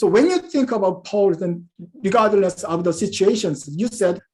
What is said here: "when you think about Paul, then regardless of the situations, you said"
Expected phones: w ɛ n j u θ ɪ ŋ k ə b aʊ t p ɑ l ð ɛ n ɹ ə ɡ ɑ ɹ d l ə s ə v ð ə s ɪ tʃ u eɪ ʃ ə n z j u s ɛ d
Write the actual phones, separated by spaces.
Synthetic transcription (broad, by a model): w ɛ n j u θ ɪ ŋ k ə b aʊ t p ɑ l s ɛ n ɹ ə ɡ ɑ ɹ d n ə s ə v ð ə s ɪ tʃ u eɪ ʃ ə n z j u s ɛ d